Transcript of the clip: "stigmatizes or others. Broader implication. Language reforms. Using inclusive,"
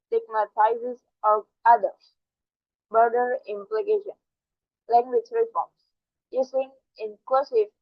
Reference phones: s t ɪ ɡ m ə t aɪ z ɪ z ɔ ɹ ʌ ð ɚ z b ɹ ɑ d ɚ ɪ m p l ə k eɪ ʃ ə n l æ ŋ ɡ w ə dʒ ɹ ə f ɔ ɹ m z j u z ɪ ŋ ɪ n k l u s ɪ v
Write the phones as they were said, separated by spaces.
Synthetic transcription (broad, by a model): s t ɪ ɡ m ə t aɪ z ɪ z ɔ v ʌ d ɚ s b ɑ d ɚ ɪ m p l ə k eɪ ʃ ə n l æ ŋ ɡ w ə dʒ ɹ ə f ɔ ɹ m s j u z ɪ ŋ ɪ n k l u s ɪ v